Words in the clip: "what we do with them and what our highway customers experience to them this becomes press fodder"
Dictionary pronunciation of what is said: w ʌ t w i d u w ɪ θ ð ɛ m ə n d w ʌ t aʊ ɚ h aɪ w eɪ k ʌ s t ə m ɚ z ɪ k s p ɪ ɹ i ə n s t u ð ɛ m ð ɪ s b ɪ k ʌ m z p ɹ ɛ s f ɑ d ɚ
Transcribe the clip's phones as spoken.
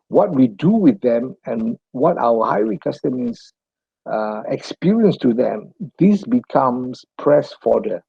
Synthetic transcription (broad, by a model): w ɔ t w i d u w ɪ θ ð ɛ m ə n w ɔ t aʊ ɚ h aɪ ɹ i k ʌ s t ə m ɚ ɪ k s p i ɹ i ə n s t u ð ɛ m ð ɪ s b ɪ k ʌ m s p ɹ ɛ s f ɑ d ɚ